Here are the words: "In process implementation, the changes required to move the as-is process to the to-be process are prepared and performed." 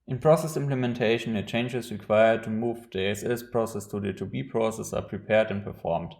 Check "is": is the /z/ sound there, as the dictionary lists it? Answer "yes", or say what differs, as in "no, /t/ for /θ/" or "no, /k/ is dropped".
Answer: no, /s/ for /z/